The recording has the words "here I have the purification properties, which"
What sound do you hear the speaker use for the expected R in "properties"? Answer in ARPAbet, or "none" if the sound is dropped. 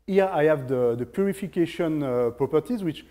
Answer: R